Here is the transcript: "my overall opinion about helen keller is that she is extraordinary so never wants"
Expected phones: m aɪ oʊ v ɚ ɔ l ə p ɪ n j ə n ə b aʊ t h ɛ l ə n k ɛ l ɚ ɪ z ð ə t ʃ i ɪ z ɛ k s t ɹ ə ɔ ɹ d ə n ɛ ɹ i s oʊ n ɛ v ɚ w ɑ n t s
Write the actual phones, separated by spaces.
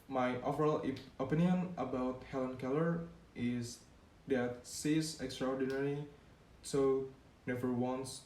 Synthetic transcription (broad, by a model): m aɪ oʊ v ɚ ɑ l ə p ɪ n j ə n ə b aʊ t h ɛ l ə n k ɛ l ɚ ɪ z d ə t s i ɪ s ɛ k s t ɹ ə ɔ ɹ d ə n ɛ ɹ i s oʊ n ɛ v ɚ w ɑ n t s